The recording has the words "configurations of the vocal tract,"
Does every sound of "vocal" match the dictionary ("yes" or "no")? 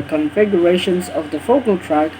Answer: no